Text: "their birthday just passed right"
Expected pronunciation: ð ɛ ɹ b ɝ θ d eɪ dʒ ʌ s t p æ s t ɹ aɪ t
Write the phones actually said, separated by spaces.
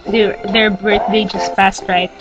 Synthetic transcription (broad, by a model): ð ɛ ɹ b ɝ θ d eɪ dʒ ʌ s t f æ s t ɹ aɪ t